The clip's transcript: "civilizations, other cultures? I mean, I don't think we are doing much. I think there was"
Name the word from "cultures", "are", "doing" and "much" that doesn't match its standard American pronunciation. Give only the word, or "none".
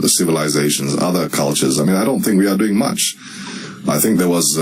none